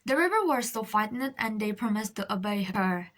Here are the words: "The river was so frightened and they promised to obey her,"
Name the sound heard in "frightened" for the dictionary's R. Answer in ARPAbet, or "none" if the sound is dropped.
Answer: none